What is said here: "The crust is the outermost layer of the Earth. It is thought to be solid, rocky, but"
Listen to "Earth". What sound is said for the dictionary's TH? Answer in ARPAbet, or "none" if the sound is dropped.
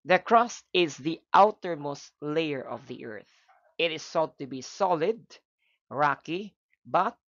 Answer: TH